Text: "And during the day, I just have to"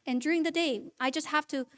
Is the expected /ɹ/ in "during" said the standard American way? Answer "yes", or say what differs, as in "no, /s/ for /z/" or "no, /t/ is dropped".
yes